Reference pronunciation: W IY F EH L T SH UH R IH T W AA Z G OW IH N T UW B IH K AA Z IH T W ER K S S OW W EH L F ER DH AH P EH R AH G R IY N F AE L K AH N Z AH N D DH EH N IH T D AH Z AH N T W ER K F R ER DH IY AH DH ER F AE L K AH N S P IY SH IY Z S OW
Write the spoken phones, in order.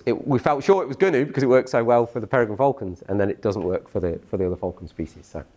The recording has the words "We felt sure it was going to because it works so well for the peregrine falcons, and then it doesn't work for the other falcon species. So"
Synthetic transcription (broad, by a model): W IY F EH L T SH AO R IH T W AA Z G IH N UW B IH K AA Z IH T W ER K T S OW W EH L F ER DH AH P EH R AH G AH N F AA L K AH N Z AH N DH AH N IH T D AH Z AH N T W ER K F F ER DH IY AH DH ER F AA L K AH N S P IY SH IY Z S OW